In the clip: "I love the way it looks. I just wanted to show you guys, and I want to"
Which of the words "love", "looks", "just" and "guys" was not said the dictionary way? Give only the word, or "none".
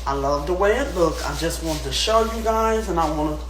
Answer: looks